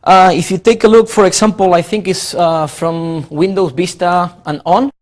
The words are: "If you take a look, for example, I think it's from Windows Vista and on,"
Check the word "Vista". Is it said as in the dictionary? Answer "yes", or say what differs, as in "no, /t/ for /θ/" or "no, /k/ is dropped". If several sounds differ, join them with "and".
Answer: no, /b/ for /v/